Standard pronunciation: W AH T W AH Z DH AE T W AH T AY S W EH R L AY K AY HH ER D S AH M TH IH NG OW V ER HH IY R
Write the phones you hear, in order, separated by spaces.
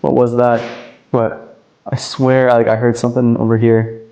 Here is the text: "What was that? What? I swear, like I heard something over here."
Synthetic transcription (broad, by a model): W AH T W AH Z DH AE T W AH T AY S W EH R L AY K AY HH ER D S AH M TH IH NG OW V ER HH IY R